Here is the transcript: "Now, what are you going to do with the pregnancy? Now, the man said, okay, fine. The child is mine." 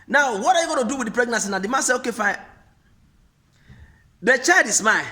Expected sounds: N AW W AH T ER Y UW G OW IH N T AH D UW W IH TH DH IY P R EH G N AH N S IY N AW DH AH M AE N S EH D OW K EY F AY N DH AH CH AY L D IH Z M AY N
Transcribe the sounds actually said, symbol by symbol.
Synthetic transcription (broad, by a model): N AW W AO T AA Y UW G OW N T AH D UW W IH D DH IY P R EH G N AH N S IY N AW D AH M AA S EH OW K EY F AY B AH CH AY D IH S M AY